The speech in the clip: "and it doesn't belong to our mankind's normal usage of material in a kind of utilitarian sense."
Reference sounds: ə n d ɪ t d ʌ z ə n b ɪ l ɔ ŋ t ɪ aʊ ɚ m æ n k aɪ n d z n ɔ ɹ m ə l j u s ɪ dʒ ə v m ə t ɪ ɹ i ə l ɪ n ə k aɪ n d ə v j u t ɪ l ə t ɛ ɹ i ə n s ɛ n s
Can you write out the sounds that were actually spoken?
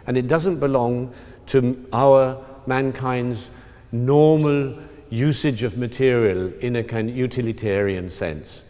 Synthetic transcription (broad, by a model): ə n ɪ t d ʌ z ə n b ɪ l ɔ ŋ t ɪ aʊ ɚ m æ n k aɪ n d z n ɔ ɹ m ə l j u s ɪ dʒ ə v m ə t ɪ ɹ i ə l ɪ n ə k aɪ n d j u t ɪ l ə t ɛ ɹ i ə n s ɛ n s